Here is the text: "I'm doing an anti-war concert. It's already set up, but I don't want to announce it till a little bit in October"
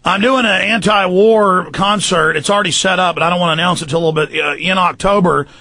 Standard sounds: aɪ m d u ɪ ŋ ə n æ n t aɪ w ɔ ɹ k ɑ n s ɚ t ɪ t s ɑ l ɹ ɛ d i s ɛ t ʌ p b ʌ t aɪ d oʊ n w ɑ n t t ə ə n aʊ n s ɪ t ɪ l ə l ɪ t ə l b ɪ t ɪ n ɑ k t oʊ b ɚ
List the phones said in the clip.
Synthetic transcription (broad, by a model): aɪ m d u ɪ ŋ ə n æ n t aɪ w ɔ ɹ k ɑ n s ɚ t ɪ t s l ɹ ɛ d i s ɛ t ʌ p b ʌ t aɪ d oʊ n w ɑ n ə ə n aʊ n s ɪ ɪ ə l ɪ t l b ɪ t ɪ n ɑ k t oʊ b ɚ